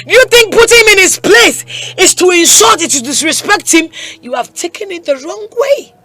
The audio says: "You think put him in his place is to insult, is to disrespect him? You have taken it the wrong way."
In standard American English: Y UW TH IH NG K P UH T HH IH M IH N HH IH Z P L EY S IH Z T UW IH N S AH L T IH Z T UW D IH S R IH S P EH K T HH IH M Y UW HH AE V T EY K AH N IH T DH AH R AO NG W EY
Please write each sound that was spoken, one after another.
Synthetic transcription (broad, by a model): Y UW TH IH NG K P UH T HH IH M IH N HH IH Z P L EY S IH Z T UW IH N SH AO T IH T UW D IH S R IH S P EH K T HH IH M Y UW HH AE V T EY K AH N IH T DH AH R AO NG W EY